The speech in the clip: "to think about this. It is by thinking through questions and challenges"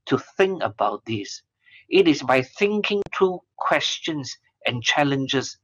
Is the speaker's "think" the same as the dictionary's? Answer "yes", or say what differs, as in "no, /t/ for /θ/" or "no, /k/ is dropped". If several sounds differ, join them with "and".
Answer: yes